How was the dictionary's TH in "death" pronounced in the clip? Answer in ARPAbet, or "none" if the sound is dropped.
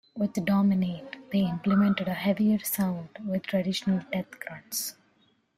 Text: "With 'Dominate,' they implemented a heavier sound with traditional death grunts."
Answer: T